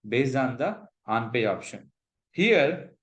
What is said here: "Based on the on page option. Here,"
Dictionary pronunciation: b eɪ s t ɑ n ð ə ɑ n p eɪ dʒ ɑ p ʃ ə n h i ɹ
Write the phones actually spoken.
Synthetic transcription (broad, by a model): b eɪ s ɑ n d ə ɑ n p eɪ ɑ p ʃ ə n h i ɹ